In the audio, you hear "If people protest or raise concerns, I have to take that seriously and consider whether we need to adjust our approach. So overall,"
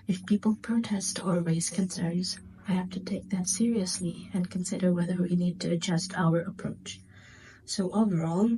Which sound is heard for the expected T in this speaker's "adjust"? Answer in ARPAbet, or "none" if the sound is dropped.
T